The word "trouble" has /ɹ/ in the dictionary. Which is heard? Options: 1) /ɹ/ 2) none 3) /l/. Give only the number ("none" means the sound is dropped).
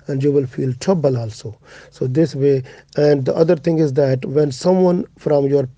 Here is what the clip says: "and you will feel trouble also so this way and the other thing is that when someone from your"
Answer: 2